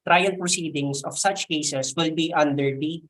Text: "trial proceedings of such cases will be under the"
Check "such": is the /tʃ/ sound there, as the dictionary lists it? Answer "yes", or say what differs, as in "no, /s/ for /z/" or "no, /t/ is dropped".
yes